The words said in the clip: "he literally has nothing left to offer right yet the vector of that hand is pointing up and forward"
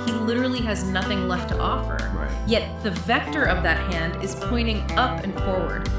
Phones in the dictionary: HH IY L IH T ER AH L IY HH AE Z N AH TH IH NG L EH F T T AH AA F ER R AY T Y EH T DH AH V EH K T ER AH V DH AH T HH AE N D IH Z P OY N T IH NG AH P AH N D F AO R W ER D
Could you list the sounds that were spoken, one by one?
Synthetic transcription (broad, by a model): HH IY L IH T ER L IY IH Z N AH TH IH NG L EH F T T AA F ER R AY Y EH T DH AH V EH K T ER AH V DH AH T HH AE N D IH Z P OY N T IH NG AH P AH N F AO R W ER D